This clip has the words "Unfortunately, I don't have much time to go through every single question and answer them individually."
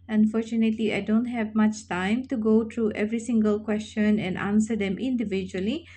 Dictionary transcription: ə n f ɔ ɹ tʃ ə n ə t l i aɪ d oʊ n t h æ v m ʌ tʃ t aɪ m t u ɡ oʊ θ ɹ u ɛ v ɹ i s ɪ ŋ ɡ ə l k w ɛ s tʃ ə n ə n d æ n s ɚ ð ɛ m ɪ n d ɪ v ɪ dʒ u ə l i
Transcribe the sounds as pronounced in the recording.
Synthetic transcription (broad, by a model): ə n f ɔ ɹ tʃ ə n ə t l i aɪ d oʊ n t h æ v m ʌ tʃ t aɪ m t u ɡ oʊ t ɹ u ɛ v ɹ i s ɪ ŋ ɡ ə l k w ɛ s tʃ ə n ə n d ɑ n s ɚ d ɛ m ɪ n d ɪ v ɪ dʒ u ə l i